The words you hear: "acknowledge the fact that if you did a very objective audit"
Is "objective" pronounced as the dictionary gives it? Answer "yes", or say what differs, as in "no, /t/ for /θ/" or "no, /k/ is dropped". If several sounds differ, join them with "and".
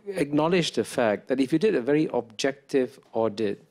yes